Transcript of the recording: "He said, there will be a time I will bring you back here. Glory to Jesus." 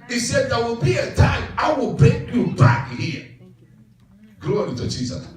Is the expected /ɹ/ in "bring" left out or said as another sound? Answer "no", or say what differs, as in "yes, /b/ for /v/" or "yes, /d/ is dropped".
yes, /ɹ/ is dropped